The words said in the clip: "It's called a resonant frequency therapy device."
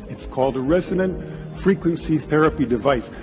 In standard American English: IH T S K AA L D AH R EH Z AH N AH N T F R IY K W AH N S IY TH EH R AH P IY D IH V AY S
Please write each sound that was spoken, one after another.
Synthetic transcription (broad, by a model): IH T S K AA L D AH R EH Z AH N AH N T F R IY K W AH N S IY TH EH R AH P IY D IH V AY S